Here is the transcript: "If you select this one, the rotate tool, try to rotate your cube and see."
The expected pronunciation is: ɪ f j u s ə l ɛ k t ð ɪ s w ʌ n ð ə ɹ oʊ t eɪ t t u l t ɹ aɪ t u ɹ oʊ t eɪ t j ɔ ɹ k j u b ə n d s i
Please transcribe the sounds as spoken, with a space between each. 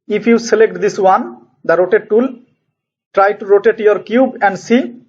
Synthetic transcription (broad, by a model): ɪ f j u s ə l ɛ k t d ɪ s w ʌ n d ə ɹ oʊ t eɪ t t u l t ɹ aɪ t u ɹ oʊ t eɪ t j ɔ ɹ k j u b ə n d s i